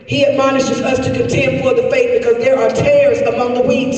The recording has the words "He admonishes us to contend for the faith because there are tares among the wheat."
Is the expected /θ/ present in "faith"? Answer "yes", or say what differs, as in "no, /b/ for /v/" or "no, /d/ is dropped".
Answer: no, /t/ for /θ/